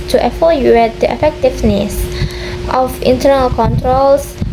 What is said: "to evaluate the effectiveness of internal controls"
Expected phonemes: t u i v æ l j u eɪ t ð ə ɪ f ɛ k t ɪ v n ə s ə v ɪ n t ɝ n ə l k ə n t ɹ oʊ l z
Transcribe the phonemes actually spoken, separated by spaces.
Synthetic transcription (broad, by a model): t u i f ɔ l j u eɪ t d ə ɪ f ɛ k t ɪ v n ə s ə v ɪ n t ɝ n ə l k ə n t ɹ oʊ l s